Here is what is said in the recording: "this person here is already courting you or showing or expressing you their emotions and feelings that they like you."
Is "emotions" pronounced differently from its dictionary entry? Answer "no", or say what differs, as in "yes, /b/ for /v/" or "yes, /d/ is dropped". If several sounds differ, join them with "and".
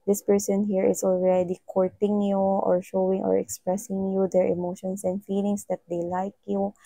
yes, /s/ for /z/